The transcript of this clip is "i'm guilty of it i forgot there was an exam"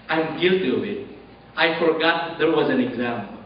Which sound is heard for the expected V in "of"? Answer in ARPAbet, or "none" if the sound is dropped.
W